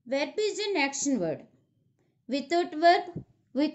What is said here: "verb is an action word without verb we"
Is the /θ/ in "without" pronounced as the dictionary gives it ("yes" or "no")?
no